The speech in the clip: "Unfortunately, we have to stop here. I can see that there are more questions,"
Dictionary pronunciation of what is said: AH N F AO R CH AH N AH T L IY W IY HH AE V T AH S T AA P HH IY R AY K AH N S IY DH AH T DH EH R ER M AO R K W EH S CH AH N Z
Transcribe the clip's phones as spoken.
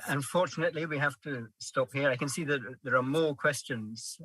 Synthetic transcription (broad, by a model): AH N F AO R CH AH N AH T L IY W IY HH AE F T AH S T AA P HH IY R AY K AH N S IY DH AH T DH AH R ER M AO R K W EH S CH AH N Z